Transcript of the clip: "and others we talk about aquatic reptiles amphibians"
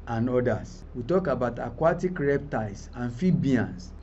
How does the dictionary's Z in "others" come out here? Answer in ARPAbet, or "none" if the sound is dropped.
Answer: S